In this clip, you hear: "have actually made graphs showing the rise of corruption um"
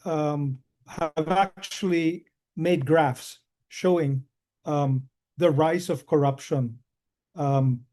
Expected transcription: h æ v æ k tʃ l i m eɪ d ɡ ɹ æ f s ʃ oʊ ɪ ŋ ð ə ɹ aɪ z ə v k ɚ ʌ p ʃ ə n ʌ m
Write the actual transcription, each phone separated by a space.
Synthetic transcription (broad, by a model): h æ v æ k tʃ l i m eɪ d ɡ ɹ æ f s ʃ oʊ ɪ ŋ ð ə ɹ aɪ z ə v k ɚ ʌ p ʃ ə n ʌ m